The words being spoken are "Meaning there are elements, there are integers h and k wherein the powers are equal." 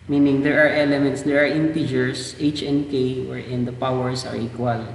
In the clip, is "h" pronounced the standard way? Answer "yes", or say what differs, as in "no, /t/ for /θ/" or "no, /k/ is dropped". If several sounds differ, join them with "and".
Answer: yes